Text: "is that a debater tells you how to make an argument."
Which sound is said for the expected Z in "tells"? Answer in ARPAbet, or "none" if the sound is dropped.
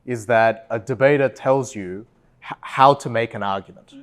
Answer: Z